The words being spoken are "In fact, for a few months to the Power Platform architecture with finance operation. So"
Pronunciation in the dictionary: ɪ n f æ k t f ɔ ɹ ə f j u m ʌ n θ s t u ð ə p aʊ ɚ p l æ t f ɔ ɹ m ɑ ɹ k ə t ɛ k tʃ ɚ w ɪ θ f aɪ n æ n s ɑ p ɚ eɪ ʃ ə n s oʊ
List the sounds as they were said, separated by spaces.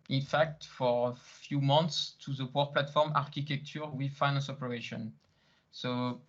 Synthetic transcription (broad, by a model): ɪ n f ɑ k t f ɔ ɹ ə f j u m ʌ n t s t u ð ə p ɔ p l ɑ t f ɔ ɹ m ɑ ɹ k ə t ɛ k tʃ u w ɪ f aɪ n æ n s ɑ p ɚ eɪ ʃ ə n s oʊ